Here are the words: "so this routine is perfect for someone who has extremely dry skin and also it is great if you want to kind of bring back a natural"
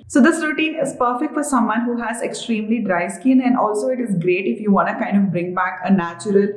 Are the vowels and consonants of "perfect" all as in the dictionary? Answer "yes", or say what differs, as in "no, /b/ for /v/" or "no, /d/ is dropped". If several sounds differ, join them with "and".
yes